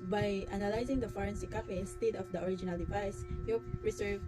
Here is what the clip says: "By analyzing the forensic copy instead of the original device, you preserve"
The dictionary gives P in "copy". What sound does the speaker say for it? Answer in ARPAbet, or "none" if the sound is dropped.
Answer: F